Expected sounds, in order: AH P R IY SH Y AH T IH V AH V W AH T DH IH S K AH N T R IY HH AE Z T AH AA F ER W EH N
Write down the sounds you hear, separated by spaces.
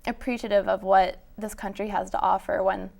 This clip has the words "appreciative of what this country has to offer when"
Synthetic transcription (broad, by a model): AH P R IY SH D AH T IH V AH V W AH T DH IH S K AH N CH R IY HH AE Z T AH AA F ER W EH N